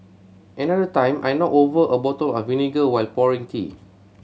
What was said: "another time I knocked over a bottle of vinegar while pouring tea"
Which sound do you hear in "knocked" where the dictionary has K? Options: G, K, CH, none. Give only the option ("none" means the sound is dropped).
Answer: none